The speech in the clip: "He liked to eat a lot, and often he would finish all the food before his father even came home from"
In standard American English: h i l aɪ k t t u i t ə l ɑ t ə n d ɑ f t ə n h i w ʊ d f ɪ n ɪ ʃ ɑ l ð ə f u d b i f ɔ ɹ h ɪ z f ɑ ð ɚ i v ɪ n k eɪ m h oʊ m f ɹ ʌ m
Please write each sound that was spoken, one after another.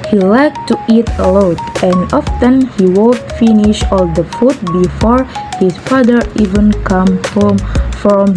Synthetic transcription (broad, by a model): h i l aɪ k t t u i t ə l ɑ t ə n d ɑ f t ə n h i w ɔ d f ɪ n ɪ ʃ ɑ l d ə f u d b i f ɔ ɹ h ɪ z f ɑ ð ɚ i v ɪ n k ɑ m h oʊ m f ɹ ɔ m